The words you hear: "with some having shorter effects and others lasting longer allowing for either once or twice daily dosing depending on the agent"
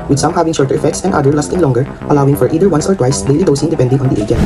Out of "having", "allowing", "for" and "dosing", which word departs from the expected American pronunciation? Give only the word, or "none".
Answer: none